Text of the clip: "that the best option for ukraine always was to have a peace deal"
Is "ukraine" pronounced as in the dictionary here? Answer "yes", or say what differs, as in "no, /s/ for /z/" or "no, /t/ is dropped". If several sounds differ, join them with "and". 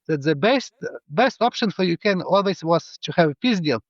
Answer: no, /ɹ/ is dropped